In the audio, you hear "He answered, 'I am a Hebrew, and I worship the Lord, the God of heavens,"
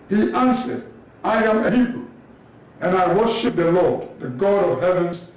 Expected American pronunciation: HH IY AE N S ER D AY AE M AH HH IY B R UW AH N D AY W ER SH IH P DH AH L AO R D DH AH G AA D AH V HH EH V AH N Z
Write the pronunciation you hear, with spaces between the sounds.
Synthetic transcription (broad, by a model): HH IY AE N S ER D AY AE M AH HH IY B R UW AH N AY W ER SH IH P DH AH L AO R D DH AH G AA D AH V HH EH V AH N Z